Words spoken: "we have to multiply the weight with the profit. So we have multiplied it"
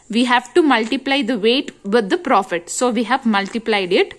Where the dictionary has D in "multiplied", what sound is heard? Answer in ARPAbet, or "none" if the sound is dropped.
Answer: D